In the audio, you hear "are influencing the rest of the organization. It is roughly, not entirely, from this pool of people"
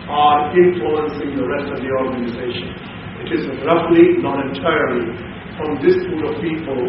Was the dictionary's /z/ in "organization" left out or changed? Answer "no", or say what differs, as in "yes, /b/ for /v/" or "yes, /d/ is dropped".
no